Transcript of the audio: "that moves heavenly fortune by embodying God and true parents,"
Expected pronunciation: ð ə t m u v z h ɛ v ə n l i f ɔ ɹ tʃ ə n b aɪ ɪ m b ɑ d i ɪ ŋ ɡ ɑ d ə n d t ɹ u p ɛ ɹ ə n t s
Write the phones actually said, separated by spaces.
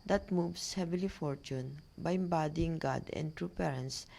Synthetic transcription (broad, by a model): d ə t m u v s h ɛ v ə l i f ɔ ɹ tʃ ə n b aɪ ɪ m b ɑ d i ɪ ŋ ɡ ɑ d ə n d t ɹ u p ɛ ɹ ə n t s